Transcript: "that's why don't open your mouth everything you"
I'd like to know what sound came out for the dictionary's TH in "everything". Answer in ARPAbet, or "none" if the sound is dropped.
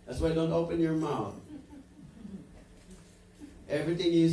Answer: TH